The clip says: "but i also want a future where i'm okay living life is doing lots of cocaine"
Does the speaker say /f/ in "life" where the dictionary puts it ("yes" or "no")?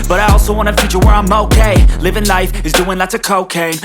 yes